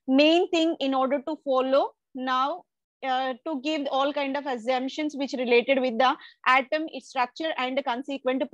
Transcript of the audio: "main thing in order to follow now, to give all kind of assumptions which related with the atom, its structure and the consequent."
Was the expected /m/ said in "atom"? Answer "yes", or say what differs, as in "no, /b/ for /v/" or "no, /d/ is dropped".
yes